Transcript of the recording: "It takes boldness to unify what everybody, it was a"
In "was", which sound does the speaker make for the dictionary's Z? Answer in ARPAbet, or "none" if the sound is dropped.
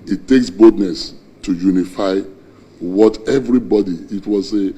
S